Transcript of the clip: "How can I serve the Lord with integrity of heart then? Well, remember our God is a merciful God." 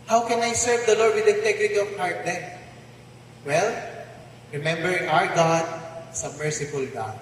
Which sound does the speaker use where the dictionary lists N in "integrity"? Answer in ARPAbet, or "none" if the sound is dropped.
none